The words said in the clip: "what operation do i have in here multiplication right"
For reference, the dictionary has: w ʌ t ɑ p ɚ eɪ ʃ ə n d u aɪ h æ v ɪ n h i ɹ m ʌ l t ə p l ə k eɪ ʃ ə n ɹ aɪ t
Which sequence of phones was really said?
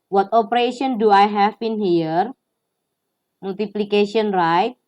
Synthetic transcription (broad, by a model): w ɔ t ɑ p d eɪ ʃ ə n d u aɪ h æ b ɪ n h i ɹ m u l t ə p l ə k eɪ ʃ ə n ɹ aɪ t